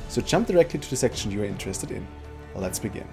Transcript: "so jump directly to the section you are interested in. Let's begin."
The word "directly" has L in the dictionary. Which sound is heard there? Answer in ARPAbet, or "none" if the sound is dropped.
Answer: L